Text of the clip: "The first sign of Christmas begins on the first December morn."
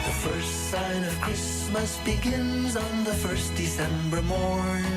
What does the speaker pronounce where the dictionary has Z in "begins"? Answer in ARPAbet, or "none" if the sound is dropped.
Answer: Z